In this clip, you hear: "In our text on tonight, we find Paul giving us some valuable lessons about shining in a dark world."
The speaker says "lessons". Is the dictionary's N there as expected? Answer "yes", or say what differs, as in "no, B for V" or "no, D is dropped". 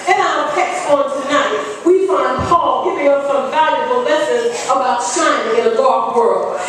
no, N is dropped